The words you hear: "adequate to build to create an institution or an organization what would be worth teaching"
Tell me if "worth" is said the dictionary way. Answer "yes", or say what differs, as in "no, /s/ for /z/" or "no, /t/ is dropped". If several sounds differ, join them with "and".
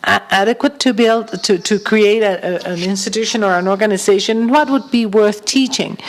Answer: yes